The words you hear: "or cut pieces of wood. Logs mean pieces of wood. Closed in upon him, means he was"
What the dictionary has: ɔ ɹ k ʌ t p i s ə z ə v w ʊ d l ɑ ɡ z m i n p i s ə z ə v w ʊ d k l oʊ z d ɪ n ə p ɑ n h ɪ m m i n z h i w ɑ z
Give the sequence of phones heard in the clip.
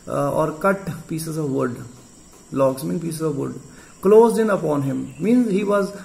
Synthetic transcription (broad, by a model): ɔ ɹ k ʌ t p i s ə z ə v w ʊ d l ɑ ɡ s m i n p i s ə z ə v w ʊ d k l oʊ z d ɪ n ə p ɑ n h ɪ m m i n z h i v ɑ z